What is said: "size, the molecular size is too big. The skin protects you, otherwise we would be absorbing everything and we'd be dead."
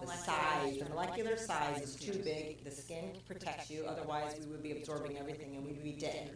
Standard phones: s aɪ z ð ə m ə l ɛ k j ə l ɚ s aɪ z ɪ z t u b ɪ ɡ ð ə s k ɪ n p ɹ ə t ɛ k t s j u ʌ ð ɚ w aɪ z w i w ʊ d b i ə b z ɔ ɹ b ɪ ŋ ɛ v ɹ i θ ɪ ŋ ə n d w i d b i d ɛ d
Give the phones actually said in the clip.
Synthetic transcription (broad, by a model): s aɪ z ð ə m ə l ɛ k j l ɚ s aɪ z ɪ z t u b ɪ ɡ ð ə s k ɪ n p ɹ ə t ɛ k t s j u ʌ ð ɚ w aɪ z w i w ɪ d b i ə b z ɔ ɹ b ɪ ŋ ɛ v ɹ i θ ɪ ŋ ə n w i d b i d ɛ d